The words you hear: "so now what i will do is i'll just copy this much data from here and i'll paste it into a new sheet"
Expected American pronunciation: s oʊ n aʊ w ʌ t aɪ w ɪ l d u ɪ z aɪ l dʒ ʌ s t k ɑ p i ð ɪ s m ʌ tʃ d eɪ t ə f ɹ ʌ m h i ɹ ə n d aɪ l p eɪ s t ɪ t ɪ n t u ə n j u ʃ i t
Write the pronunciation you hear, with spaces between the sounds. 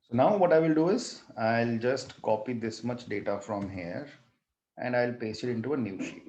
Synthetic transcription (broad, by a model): s oʊ n aʊ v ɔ t aɪ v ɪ l d u ɪ z aɪ l dʒ ʌ s t k ɑ p i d ɪ s m ʌ tʃ d eɪ t ə f ɹ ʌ m h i ɹ ə n d aɪ l p eɪ s ɪ t ɪ n t u ə n j u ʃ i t